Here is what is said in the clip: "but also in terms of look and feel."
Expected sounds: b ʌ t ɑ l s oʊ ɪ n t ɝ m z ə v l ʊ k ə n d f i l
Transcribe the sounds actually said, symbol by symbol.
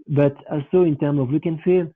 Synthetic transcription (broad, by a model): b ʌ t ɑ l s oʊ ɪ n t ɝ m ə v w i k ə n f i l